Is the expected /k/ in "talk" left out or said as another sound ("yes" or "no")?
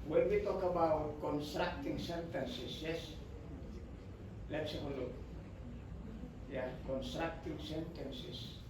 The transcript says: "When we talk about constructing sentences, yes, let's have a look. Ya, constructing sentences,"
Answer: no